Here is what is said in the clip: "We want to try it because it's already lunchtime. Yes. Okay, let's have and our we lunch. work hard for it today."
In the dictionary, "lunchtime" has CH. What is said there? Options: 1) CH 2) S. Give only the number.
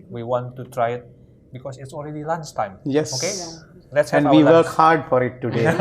2